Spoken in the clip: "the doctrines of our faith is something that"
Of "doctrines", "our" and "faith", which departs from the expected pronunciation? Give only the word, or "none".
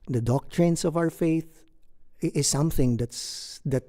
doctrines